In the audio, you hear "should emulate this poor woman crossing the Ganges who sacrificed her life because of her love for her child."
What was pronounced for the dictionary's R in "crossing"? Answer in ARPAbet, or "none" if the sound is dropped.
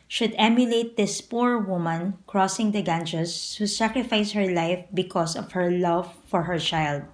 R